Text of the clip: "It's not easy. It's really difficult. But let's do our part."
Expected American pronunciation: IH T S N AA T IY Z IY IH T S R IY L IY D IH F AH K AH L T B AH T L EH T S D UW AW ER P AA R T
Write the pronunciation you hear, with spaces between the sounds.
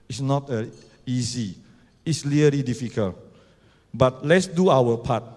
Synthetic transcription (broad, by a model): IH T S N AA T IY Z IY IH T S L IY L IY D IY F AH K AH L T B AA T L EH T S D UW AW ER P AA T